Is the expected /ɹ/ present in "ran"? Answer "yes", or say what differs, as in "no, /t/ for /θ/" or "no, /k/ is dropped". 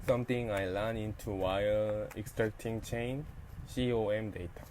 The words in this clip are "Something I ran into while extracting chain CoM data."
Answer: no, /l/ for /ɹ/